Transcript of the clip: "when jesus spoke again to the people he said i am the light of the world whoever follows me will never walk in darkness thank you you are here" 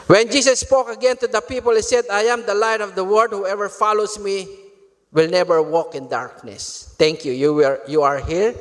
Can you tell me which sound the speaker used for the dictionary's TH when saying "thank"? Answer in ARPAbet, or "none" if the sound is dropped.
T